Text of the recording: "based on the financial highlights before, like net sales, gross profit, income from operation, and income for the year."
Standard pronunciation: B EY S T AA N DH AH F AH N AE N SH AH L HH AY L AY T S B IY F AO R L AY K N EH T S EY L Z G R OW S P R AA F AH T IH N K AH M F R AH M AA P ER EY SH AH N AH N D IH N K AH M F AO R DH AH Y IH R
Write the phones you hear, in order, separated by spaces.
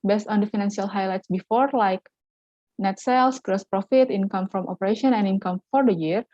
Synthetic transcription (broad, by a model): B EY S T AA N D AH F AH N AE N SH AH L HH AY L AY T S B IY F AO R L AY K N EH T S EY L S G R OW S P R AA F AH T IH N K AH M F R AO M AA P ER EY SH AH N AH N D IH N K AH M F AO R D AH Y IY R